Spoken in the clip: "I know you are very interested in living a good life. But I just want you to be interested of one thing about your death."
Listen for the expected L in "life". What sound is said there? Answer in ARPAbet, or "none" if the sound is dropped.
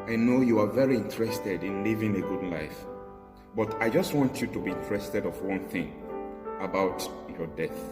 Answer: L